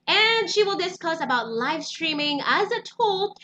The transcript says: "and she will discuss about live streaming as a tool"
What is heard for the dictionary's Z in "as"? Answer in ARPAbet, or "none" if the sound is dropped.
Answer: Z